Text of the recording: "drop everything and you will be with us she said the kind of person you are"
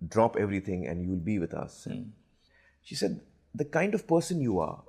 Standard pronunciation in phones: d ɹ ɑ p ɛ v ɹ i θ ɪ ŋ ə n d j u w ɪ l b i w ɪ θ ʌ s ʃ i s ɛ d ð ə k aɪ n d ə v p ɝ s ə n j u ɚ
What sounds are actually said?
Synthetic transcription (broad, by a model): d ɹ ɑ p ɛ v ɹ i t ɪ ŋ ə n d j u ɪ l b i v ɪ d ʌ s ʃ i s ɛ d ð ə k aɪ n d ə v p ɝ s ə n j u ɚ